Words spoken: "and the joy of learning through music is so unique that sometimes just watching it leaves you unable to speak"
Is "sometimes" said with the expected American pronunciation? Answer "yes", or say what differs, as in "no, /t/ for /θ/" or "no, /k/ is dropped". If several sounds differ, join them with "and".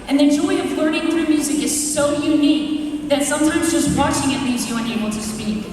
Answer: yes